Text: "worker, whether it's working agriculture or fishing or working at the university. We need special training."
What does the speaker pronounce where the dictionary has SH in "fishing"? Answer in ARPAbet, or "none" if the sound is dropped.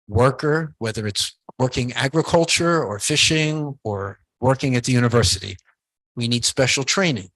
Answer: SH